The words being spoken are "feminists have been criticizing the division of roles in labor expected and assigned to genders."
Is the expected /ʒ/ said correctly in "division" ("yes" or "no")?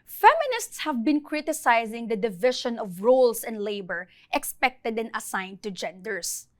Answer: no